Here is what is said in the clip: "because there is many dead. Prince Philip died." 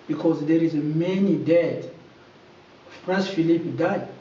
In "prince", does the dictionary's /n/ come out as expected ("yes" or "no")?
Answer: no